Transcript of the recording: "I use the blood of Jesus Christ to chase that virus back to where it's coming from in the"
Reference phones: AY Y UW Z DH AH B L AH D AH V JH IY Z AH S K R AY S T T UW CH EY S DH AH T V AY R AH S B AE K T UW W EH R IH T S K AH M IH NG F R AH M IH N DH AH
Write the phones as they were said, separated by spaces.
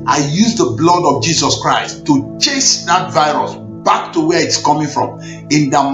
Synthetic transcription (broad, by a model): AY Y UW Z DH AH B L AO D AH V JH IY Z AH S K R AY S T T UW CH EY S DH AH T V AY R AH S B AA K T UW W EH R IH T S K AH M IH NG F R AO M IH N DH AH